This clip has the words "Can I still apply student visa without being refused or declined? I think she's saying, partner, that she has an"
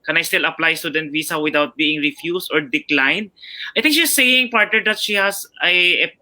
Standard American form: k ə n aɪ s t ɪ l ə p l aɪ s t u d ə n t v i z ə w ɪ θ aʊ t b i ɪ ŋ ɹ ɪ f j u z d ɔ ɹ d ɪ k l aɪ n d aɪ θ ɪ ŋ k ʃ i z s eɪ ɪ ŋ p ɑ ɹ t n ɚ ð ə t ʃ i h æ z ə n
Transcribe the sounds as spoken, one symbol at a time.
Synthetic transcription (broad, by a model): k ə n aɪ s t ɪ l ə p l aɪ s t u d ə n t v i s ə w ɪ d aʊ t b i ɪ ŋ ɹ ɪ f j u s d ɔ ɹ d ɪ k l aɪ n d aɪ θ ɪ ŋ k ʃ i s eɪ ɪ ŋ p ɑ ɹ t n ɚ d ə t ʃ i h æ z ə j